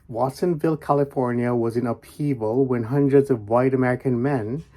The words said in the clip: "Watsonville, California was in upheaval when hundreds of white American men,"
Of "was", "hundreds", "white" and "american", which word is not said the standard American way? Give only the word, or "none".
none